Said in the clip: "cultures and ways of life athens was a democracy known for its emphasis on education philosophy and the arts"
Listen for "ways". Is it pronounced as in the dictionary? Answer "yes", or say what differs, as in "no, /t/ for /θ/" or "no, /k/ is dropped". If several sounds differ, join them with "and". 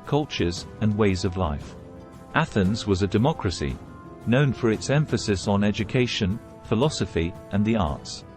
yes